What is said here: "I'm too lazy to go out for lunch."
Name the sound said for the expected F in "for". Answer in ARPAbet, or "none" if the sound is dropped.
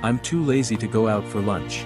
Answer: F